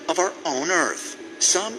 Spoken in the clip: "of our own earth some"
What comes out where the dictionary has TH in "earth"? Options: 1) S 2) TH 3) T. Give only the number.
2